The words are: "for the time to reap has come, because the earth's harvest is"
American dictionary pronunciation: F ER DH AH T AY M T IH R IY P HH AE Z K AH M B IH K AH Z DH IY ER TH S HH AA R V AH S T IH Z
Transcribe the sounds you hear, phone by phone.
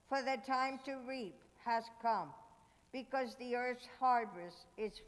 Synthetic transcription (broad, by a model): F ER DH AH T AY M T IH R IY P HH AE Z K AH M B IH K AH Z DH IY ER TH S HH AA R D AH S IH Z